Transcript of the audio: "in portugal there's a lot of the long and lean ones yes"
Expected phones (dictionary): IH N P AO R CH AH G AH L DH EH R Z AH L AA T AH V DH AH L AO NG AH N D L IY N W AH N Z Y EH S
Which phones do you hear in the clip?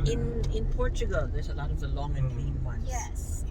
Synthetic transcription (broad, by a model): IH N P AO R CH AH G AH L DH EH R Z AH L AA T AH V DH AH L AO NG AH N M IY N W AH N Y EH S